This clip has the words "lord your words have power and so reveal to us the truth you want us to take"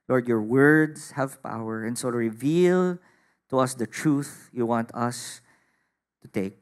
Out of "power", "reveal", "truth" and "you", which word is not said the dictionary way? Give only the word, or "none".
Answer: none